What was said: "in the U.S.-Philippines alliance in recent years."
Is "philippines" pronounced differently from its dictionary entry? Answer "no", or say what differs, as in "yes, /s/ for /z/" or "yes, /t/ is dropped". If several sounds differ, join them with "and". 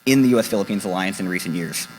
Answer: no